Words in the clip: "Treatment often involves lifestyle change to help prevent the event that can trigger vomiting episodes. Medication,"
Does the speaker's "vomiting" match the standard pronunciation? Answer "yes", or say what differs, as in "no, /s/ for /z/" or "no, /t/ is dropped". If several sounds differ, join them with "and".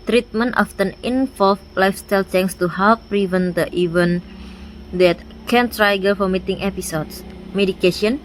no, /f/ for /v/